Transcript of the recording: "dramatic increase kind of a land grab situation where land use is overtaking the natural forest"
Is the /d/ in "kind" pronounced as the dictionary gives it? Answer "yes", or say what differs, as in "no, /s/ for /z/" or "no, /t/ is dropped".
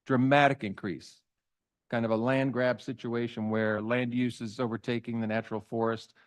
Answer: yes